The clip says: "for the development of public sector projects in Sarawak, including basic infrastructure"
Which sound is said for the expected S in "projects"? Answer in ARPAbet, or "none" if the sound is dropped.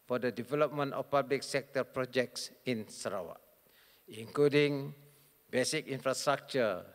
S